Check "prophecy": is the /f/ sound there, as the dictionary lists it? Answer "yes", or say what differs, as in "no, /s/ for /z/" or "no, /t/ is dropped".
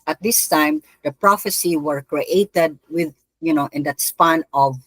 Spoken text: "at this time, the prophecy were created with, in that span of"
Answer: yes